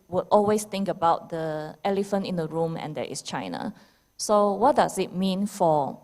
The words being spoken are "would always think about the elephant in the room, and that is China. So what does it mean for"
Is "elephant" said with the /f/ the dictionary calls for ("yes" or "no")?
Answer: yes